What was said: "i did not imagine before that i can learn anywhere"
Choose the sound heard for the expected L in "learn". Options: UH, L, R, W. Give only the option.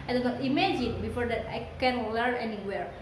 W